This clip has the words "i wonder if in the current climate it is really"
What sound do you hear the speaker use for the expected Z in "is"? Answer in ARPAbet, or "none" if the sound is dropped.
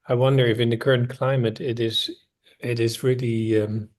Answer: Z